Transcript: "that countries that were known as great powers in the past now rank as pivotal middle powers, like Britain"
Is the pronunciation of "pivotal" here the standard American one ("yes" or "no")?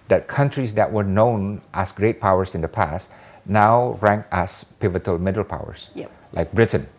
yes